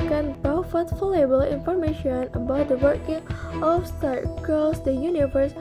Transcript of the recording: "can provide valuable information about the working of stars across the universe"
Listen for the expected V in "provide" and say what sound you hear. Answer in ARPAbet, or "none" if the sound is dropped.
F